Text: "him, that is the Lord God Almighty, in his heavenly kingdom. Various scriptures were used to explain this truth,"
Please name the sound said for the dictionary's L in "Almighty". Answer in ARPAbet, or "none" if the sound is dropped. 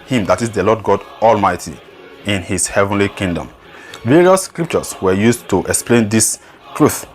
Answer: L